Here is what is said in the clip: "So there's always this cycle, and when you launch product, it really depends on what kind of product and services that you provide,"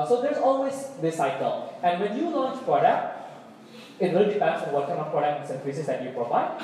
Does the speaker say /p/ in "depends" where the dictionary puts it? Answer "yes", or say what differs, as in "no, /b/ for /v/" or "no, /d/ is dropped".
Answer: no, /f/ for /p/